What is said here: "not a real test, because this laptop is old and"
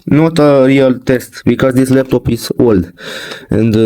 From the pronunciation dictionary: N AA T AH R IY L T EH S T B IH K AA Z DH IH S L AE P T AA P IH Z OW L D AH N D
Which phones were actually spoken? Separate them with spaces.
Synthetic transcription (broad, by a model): N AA T AH R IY L T EH S T B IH K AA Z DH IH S L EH F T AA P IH S OW L D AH N D